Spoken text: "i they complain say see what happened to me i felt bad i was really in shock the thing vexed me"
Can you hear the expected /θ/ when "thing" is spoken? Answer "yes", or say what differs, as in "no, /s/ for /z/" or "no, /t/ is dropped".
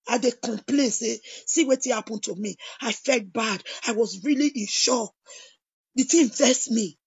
no, /t/ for /θ/